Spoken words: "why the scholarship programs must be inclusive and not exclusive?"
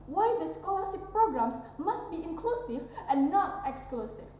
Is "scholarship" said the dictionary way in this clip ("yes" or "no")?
no